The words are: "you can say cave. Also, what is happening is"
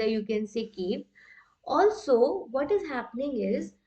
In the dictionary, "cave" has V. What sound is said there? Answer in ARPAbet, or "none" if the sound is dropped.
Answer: P